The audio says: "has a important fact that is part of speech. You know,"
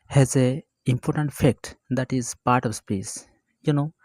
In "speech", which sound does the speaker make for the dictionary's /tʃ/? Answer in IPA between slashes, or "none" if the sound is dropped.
/s/